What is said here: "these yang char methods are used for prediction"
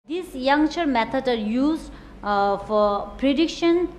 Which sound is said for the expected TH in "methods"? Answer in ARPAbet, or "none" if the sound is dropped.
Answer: T